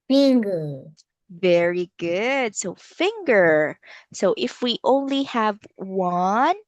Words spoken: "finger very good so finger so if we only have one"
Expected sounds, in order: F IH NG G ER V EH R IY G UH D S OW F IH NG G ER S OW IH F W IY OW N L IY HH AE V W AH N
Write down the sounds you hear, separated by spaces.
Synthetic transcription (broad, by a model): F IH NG G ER V EH R IY G UH D S OW F IH NG G ER S OW IH F W IY OW N L IY HH AE V W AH N